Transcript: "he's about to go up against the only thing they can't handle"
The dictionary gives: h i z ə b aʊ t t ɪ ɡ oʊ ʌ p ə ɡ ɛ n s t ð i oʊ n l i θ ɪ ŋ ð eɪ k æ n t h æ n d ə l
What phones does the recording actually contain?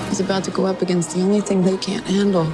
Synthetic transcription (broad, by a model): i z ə b aʊ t t ɪ ɡ oʊ ʌ p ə ɡ ɛ n s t ð i oʊ n l i θ ɪ ŋ ð eɪ k æ n t h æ n d l